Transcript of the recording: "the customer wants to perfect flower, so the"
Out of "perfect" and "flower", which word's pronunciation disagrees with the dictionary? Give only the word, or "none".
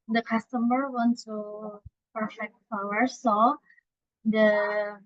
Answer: flower